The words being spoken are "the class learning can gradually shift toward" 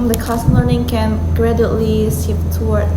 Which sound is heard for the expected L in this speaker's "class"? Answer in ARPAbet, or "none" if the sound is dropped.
none